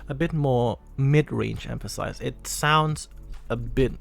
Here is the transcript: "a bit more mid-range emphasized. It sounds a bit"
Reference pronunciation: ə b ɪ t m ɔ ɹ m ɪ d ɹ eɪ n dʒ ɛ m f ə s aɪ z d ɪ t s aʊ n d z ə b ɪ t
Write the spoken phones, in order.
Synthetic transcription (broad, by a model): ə b ɪ t m ɔ ɹ m ɪ d ɹ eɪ n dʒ ɛ m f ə s aɪ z ɪ t s aʊ n d z ə b ɪ t